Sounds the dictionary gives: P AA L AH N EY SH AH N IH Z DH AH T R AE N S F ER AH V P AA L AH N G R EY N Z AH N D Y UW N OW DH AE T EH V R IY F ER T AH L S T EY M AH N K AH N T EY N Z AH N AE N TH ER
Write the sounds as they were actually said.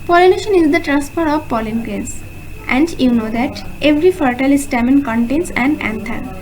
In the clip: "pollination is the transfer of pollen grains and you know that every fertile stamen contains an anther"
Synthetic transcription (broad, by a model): P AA L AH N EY SH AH N IH Z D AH T R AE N S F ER AH V P AA L AH N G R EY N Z AH N D Y UW N OW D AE T EH V R IY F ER T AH L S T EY M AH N K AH N T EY N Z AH N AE N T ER